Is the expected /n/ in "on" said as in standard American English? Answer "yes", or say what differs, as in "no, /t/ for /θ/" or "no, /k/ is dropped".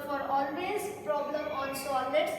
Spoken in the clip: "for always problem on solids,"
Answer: no, /l/ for /n/